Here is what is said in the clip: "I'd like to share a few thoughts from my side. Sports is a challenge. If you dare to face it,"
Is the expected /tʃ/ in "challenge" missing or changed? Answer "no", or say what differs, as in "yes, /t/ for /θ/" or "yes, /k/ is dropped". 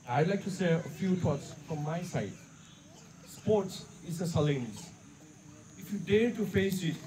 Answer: yes, /s/ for /tʃ/